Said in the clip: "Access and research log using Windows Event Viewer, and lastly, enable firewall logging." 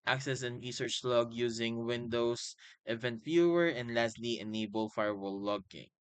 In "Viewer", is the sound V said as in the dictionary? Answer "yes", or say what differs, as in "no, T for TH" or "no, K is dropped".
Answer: no, F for V